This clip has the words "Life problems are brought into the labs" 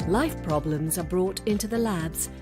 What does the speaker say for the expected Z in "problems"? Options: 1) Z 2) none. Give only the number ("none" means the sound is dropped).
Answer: 1